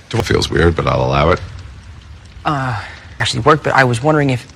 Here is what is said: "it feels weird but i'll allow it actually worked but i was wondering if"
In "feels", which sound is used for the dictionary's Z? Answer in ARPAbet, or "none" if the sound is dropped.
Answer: Z